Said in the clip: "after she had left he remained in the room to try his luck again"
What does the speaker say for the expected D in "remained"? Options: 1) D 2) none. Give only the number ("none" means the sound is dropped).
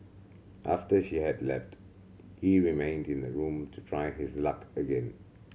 1